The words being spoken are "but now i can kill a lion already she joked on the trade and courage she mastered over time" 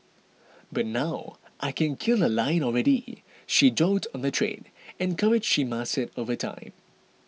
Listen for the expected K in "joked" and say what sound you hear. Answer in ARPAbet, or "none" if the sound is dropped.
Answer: none